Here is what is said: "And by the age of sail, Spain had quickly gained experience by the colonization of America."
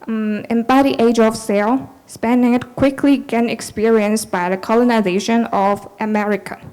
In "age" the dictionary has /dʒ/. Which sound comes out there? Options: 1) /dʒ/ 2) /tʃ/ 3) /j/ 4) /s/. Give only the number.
1